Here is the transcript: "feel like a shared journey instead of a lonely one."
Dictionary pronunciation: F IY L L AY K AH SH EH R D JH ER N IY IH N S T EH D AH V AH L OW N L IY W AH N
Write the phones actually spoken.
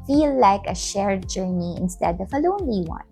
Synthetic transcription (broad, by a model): F IY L L AY K AH SH EH R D JH ER N IY IH N S T EH D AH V AH L OW N L IY W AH N